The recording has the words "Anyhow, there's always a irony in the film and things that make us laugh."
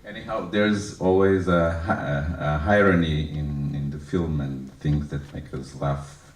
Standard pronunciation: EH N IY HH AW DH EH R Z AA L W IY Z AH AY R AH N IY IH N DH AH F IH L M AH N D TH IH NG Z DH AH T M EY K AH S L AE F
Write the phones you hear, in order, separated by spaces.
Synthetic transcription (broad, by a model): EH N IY HH AW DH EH R Z AA L W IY Z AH AY R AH N IY IH N DH AH F IH L M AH N TH IH NG Z DH AH T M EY K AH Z L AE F